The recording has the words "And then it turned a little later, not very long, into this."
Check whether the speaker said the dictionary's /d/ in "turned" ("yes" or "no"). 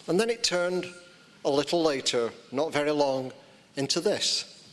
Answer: yes